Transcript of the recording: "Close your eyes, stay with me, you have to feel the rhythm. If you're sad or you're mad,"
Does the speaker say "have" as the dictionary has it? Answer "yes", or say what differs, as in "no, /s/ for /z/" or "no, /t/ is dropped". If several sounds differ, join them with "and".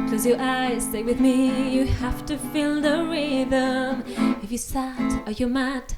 no, /f/ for /v/